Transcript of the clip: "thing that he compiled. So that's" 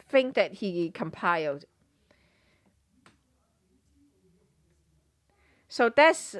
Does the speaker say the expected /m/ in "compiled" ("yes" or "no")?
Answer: yes